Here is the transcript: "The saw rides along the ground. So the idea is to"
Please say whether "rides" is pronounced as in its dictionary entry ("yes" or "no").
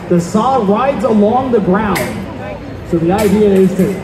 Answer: yes